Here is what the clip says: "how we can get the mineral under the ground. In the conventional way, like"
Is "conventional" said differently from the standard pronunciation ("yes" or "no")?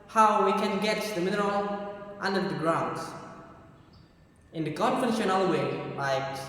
yes